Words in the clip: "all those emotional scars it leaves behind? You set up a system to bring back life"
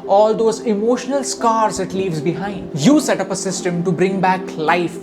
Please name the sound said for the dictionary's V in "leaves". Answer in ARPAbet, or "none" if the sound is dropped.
V